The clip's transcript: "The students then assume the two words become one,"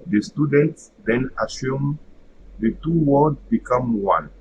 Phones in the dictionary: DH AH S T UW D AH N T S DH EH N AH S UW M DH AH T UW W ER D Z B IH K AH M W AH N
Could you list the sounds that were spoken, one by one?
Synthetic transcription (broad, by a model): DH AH S T UW D AH N T S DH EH N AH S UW M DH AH T UW W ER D B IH K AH M W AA N